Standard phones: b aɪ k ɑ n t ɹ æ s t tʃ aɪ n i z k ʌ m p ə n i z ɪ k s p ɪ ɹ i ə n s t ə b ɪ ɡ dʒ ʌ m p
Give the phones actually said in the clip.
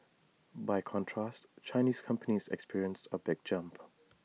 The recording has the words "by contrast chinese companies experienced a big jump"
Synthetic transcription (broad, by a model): b aɪ k ɑ n t ɹ æ s t tʃ aɪ n i z k ʌ m p ə n i z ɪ k s p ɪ ɹ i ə n s t ə b ɪ ɡ dʒ ʌ m p